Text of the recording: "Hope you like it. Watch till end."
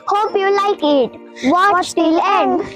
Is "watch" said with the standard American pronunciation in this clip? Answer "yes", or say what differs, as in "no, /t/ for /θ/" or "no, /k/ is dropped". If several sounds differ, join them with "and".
no, /s/ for /tʃ/